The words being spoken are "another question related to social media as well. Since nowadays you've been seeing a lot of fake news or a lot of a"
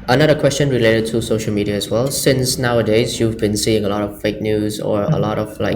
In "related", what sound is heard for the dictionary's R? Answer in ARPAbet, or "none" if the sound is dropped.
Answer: R